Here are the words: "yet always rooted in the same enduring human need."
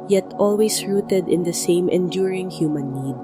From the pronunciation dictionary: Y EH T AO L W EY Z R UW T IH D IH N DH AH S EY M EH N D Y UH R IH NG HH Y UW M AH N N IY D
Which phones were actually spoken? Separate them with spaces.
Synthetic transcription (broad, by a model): Y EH T AO L W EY S R UW T IH D IH N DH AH S EY M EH N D Y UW R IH NG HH Y UW M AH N N IY D